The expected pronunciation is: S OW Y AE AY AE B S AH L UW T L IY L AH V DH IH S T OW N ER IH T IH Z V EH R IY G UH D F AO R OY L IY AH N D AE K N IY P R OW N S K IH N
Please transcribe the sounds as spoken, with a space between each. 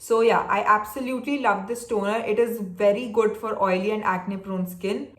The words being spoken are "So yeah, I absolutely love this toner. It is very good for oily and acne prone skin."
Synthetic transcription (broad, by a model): S OW Y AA AY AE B S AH L UW T L IY L AH V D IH S T OW N ER IH T IH Z V EH R IY G UH D F AO R OY L IY AH N D AE K N IY P R OW N S K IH N